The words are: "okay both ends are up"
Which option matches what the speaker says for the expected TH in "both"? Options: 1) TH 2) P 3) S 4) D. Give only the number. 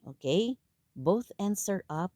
1